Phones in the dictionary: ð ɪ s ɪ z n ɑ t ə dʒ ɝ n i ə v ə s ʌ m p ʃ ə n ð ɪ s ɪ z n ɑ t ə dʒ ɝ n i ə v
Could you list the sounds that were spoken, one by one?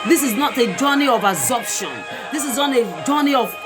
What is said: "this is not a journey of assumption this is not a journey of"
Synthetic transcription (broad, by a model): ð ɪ s ɪ z n ɑ t ə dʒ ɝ n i ə v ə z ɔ p ʃ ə n ð ɪ s ɪ z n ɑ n ə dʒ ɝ n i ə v